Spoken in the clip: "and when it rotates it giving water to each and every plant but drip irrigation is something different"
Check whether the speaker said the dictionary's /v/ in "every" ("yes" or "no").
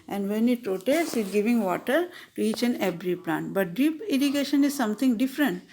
no